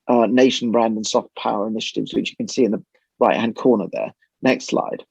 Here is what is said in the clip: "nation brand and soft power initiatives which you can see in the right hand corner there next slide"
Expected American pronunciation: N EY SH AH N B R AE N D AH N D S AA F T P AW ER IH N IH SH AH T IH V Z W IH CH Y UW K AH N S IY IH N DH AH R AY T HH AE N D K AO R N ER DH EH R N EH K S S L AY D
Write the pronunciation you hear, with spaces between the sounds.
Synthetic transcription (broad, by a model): N EY SH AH N B R AE N D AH N S AA F T P AW ER IH N IH SH AH T IH V Z W IH CH Y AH K AH N S IY IH N DH AH R AY T HH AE N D K AO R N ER DH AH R N EH K S S L AY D